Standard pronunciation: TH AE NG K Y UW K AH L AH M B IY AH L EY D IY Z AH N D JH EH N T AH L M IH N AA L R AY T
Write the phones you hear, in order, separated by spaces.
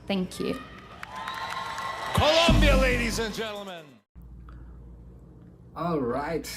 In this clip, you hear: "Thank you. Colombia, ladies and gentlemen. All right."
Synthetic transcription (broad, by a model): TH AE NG K Y UW K AH L AH M B IY AH L EY D IY Z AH N JH EH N T L M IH N AA L R AY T